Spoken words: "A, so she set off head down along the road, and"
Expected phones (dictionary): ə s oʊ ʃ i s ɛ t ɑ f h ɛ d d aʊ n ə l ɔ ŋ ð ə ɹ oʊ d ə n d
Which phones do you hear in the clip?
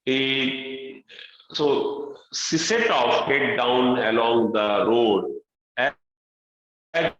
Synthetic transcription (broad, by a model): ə s oʊ s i s ɛ t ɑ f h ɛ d d aʊ n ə l ɔ ŋ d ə ɹ oʊ d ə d